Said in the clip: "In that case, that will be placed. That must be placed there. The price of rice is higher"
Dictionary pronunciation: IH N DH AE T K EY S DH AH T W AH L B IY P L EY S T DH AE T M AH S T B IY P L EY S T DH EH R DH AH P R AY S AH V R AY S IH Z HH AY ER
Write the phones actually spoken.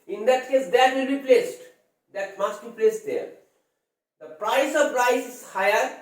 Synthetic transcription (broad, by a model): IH N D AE T K EY S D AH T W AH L B IY P L EY S T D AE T M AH S T B IY P L EY S T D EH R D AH P R AY S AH P R AY S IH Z HH AY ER